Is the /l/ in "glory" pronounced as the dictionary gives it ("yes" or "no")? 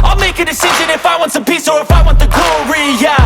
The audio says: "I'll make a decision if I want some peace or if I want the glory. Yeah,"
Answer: no